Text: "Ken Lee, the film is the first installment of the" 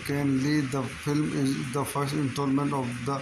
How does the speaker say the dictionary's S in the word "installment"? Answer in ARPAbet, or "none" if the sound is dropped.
none